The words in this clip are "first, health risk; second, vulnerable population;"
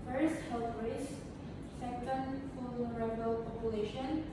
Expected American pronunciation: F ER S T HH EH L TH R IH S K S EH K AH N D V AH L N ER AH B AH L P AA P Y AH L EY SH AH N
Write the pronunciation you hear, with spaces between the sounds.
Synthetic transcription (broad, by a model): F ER S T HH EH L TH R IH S S EH K AH N D F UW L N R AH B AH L P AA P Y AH L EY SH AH N